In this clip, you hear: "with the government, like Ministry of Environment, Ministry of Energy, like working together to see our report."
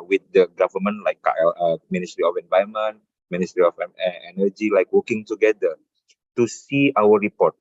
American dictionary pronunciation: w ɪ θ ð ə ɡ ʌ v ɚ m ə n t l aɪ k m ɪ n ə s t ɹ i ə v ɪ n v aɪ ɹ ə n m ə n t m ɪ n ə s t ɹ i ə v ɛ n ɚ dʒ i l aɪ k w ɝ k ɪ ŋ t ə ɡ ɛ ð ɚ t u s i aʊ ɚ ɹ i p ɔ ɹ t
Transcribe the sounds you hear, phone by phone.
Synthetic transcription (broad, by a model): w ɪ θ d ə ɡ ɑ v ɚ m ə n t l aɪ k m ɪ n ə s t ɹ i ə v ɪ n v aɪ ə m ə n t m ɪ n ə s t ɹ i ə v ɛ n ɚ dʒ i l aɪ k w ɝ k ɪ ŋ t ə ɡ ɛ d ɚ t u s i aʊ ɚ ɹ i p ɔ t